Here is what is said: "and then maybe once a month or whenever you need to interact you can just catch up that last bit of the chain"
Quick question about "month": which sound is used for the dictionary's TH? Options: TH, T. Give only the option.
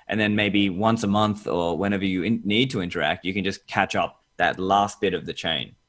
TH